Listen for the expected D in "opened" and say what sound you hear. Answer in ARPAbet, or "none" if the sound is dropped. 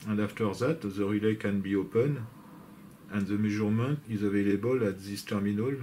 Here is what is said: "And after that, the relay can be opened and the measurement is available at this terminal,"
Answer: none